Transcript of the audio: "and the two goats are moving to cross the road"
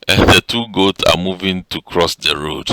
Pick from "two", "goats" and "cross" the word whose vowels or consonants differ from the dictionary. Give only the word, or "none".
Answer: none